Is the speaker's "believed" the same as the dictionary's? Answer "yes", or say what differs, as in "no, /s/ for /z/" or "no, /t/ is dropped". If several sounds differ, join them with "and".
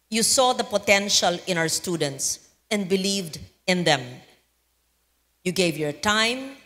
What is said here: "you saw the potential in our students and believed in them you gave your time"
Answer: yes